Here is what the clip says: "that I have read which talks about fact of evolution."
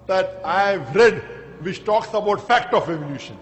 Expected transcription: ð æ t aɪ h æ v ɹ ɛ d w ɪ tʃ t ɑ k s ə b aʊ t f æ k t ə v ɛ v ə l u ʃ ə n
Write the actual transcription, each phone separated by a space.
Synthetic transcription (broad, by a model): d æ t aɪ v ɹ ɛ d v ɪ tʃ t ɑ k s ə b aʊ t f æ k t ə f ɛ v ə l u ʃ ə n